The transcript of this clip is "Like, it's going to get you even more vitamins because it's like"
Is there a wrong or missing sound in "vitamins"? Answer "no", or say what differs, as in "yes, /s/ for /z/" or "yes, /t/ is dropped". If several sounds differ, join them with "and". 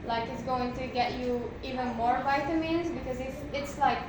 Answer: no